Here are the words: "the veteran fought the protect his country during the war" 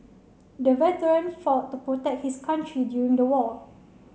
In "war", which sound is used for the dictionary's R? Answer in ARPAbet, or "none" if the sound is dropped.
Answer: L